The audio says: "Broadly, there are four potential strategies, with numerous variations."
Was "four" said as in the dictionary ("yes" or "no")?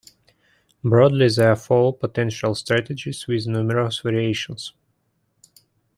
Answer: no